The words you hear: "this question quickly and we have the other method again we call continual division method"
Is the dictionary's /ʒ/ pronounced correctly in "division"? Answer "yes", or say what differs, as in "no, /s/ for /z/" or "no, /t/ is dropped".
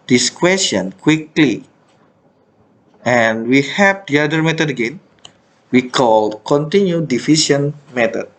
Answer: no, /s/ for /ʒ/